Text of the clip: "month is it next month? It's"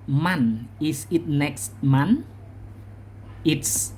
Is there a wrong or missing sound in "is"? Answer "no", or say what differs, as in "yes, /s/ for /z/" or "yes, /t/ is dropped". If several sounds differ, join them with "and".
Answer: yes, /s/ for /z/